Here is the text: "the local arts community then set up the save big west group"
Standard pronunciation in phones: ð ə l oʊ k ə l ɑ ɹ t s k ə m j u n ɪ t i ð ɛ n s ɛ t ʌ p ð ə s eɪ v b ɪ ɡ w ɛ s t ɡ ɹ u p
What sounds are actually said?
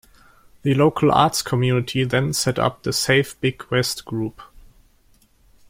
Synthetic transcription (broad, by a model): ð ə l oʊ k ə l ɑ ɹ t s k ə m j u n ɪ t i ð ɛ n s ɛ t ʌ p ð ə s eɪ f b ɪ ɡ w ɛ s t ɡ ɹ u p